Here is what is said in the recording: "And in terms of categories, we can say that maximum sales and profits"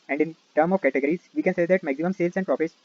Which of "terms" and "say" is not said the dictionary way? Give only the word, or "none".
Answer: terms